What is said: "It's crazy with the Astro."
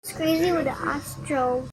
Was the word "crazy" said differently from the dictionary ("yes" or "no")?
no